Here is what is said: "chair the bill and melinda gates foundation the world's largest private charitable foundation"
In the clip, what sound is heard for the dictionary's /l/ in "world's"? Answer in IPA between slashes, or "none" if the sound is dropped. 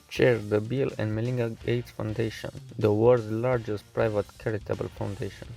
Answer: none